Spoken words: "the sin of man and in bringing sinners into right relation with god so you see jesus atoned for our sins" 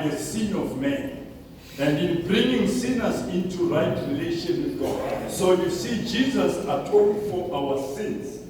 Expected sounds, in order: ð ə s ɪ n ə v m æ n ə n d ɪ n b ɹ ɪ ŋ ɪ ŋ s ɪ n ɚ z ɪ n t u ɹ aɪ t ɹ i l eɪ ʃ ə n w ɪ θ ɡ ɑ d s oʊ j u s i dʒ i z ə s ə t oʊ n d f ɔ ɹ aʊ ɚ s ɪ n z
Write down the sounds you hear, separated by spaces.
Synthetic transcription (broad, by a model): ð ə s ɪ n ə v m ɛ n ə n d ɪ n b ɹ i ŋ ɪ ŋ s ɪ n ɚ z ɪ n t u ɹ aɪ t ɹ i l eɪ ʃ ə n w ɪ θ ɡ ɑ d s oʊ j u s i dʒ i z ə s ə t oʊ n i f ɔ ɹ aʊ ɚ s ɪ n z